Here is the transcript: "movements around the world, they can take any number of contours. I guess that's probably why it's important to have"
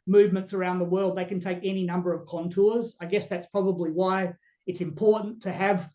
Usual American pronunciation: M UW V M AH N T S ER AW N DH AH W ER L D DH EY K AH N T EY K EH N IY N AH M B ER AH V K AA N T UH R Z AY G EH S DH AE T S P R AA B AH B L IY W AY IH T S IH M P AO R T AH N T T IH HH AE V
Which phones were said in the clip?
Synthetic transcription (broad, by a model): M UW V M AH N T S ER AW N DH AH W ER L D DH EY K AH N T EY K EH N IY N AH M B ER AH V K AA N T UH R Z AY G EH S DH AE T S P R AA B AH B L IY W AY IH T S IH M P AO R T N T T IH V